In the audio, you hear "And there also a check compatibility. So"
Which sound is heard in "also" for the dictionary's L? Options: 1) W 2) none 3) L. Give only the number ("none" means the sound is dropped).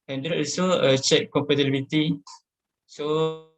2